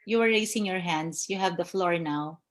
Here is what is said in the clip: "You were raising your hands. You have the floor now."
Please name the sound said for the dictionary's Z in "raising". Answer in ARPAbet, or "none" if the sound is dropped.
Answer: S